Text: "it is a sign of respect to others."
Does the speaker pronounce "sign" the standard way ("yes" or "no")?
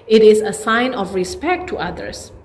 yes